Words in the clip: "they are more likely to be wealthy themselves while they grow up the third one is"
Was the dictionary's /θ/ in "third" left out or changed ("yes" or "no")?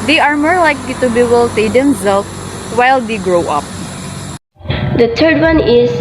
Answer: yes